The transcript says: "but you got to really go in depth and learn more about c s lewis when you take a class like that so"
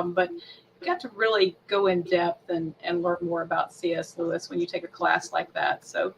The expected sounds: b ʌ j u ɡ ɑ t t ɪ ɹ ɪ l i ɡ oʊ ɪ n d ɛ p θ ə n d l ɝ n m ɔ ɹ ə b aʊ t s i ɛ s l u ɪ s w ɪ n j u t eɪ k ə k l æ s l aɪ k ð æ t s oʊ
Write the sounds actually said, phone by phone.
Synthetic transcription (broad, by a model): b ʌ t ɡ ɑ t t ɪ ɹ ɪ l i ɡ oʊ ɪ n d ɛ p θ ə n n l ɝ n m ɔ ɹ ə b aʊ t s i ɛ s l u ɪ s w ɪ n j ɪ t eɪ k ə k l æ s l aɪ k ð æ t s oʊ